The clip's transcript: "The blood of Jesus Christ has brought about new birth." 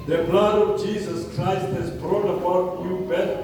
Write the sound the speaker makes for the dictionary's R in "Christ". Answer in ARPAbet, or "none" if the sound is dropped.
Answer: R